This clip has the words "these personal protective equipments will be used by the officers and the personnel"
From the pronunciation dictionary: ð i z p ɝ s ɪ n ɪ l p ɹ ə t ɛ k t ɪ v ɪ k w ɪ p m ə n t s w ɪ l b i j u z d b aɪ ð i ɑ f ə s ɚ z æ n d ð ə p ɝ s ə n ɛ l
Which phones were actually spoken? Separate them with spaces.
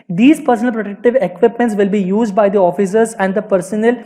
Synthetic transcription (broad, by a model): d i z p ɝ s n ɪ l p ɹ ə t ɛ k t ɪ v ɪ k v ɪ p m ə n t s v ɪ l b i j u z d b aɪ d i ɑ f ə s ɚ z æ n d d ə p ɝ s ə n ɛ l